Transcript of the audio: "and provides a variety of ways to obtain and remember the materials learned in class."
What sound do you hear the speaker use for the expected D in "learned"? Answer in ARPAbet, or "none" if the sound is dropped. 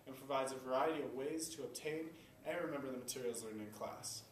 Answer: none